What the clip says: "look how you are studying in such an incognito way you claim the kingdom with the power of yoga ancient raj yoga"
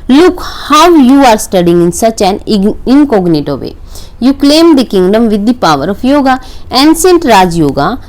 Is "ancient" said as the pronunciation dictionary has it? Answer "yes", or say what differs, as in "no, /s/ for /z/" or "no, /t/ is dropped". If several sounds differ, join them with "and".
no, /s/ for /ʃ/